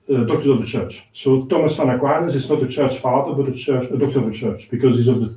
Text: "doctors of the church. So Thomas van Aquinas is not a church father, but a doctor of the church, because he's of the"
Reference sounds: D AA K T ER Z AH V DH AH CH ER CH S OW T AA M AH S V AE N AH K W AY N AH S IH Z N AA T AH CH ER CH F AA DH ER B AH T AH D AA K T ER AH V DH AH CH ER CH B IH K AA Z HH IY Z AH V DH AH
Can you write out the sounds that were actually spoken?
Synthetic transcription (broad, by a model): D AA K T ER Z AH V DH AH CH ER CH S OW T AA M AH S F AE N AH K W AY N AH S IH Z N AA T AH CH ER CH F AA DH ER B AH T AH D AA K T ER AH V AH CH ER CH B IH K AA Z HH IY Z AH V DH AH